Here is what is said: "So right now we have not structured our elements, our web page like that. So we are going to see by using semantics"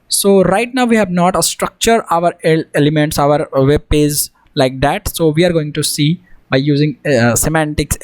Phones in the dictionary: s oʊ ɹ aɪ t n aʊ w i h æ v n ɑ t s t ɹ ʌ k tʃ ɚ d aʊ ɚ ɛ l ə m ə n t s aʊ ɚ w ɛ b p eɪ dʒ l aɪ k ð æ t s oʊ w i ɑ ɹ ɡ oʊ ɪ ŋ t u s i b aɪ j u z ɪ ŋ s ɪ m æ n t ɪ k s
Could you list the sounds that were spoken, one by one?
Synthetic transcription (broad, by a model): s oʊ ɹ aɪ t n aʊ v i h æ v n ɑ t s t ɹ ʌ k tʃ ɚ d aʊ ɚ ɛ l ə m ə n t s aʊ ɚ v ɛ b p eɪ z l aɪ k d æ t s oʊ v i ɑ ɹ ɡ oʊ ɪ ŋ t u s i b aɪ j u z ɪ ŋ s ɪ m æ n t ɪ k s